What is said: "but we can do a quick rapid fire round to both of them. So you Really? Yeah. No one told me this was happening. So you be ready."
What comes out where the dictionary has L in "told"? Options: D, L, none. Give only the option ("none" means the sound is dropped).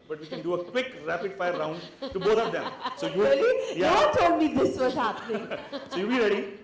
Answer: none